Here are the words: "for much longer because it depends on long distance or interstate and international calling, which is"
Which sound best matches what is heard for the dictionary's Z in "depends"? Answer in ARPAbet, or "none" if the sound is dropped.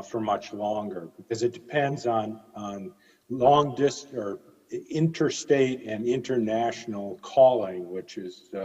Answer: Z